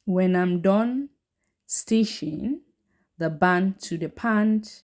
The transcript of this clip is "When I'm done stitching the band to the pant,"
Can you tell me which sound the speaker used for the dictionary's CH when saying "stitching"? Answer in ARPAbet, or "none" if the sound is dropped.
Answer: SH